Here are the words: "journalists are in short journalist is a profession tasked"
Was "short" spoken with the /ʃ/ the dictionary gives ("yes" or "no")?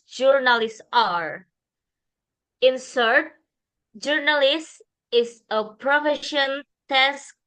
no